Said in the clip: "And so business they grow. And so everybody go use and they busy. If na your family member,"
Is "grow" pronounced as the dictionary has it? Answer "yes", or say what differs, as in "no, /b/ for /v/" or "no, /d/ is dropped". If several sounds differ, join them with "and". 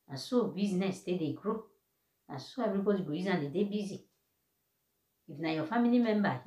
yes